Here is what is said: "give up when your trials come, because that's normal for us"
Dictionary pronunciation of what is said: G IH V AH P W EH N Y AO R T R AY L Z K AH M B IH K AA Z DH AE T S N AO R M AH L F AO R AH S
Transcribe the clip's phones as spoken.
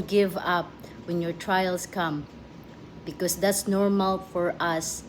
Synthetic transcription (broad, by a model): G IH V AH P W EH N Y AO R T R AY L S K AH M B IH K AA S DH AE T S N AO R M AH L F AO R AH S